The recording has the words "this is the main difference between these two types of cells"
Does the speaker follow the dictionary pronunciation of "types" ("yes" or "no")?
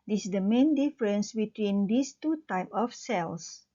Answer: no